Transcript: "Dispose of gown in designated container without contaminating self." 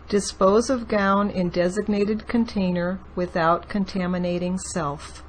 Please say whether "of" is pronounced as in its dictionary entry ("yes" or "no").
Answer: yes